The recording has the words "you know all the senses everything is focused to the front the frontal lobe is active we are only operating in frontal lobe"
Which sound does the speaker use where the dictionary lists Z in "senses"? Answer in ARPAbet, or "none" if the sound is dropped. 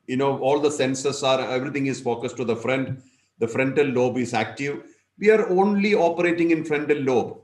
S